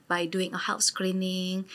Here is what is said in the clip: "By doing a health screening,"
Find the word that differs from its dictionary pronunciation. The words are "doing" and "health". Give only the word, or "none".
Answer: health